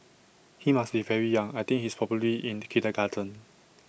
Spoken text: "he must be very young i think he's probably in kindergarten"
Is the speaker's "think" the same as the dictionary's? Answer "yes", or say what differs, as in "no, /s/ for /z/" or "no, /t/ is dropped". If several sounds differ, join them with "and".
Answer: no, /t/ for /θ/